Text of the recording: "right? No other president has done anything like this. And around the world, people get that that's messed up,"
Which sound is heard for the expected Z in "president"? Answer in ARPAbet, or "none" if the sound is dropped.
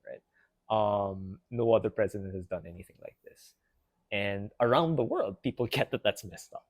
Z